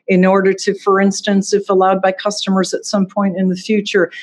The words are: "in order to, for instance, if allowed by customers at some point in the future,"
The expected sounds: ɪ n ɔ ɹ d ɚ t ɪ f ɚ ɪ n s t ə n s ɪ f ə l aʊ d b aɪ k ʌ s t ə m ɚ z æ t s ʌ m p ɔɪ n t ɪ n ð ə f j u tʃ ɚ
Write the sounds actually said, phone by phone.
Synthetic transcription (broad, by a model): ɪ n ɔ ɹ d ɚ t ɪ f ɚ ɪ n s t ə n s ɪ f ə l aʊ d b aɪ k ʌ s t ə m ɚ z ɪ t s ʌ m p ɔɪ n t ɪ n ð ə f j u tʃ ɚ